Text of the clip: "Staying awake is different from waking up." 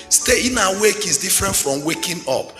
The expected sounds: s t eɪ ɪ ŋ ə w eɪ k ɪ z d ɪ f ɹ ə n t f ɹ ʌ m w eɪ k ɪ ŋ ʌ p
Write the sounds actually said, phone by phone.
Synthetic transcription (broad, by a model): s t eɪ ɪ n ə w eɪ k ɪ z d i f ɹ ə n t f ɹ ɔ m w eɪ k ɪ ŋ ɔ p